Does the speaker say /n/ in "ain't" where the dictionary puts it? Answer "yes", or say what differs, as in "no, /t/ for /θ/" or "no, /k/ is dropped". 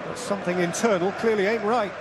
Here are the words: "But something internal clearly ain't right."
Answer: yes